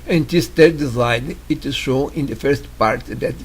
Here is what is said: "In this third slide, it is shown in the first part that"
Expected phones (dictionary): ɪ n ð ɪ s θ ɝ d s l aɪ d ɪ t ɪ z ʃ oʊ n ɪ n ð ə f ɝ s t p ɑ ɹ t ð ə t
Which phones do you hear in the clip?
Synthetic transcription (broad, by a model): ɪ n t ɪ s t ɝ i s aɪ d ɪ t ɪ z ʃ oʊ ɪ n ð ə f ɝ s t p ɑ ɹ t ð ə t